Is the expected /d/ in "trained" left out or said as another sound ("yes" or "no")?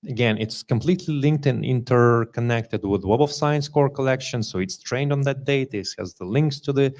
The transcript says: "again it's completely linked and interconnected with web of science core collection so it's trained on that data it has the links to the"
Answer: no